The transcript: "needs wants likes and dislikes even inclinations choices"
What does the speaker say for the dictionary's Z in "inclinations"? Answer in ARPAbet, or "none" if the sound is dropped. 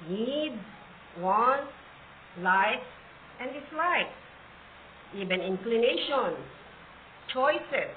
S